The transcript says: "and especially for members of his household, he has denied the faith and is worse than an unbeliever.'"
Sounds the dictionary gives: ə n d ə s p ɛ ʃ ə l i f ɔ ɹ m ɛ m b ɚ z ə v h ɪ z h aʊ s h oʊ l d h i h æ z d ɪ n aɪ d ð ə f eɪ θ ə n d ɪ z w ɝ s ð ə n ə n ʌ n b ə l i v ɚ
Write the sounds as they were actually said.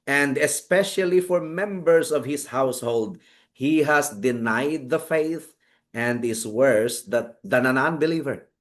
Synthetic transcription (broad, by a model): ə n d ə s p ɛ ʃ ə l i f ɔ ɹ m ɛ m b ɚ s ə v h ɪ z h aʊ s h oʊ l d h i h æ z d ɪ n aɪ d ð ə f eɪ θ ə n d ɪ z w ɝ s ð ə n ə n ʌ n b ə l i v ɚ